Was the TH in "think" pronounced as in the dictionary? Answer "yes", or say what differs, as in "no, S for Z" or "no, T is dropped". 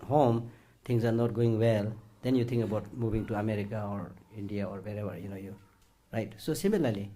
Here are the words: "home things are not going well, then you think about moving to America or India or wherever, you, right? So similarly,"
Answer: no, T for TH